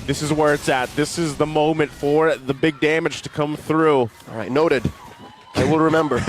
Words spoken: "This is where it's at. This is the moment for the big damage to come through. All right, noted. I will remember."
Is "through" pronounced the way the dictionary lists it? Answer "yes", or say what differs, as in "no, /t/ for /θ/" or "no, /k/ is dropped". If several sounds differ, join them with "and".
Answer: yes